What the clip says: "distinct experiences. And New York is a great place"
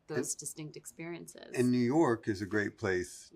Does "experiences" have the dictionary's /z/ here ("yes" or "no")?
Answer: yes